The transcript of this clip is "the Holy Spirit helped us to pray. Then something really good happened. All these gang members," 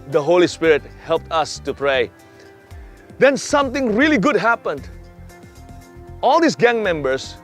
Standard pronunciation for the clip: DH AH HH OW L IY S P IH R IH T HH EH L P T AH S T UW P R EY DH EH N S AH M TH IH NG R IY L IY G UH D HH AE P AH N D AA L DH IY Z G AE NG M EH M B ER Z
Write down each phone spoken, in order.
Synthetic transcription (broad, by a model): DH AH HH OW L IY S P IH R IH T HH EH L P T AH S T UW P R EY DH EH N S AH M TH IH NG R IY L IY G UH D HH AE P AH N D AA L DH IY S G AE NG M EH M B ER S